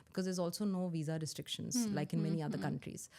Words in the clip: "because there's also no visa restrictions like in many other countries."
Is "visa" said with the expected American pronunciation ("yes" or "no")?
yes